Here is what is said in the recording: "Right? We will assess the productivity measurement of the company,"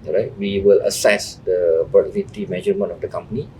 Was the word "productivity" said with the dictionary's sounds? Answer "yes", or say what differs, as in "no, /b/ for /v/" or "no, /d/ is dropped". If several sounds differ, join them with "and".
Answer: no, /k/ is dropped